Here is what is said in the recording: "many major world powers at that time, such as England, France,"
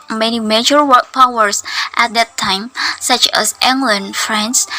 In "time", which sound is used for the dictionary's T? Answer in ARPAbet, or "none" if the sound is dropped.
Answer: T